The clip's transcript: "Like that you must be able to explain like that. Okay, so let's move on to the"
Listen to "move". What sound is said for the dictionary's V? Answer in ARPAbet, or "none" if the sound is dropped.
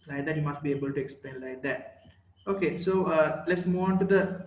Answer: none